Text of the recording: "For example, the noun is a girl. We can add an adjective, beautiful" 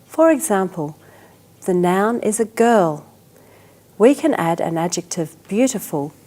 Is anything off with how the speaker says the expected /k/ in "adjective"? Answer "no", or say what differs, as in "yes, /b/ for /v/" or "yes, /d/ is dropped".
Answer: no